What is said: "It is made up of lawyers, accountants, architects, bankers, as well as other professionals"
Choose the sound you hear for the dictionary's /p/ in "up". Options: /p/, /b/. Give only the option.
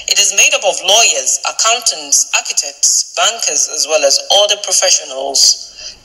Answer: /b/